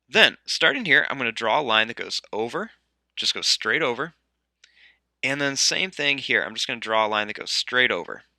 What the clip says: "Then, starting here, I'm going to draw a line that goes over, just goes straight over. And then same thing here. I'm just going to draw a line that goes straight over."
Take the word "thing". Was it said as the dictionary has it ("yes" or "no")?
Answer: yes